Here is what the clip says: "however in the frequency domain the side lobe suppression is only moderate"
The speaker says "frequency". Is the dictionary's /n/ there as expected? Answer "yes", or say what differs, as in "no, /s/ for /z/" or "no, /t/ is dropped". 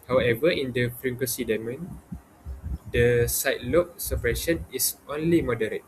no, /n/ is dropped